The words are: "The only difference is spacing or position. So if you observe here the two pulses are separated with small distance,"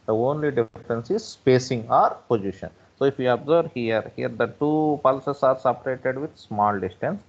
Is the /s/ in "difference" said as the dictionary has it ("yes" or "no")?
yes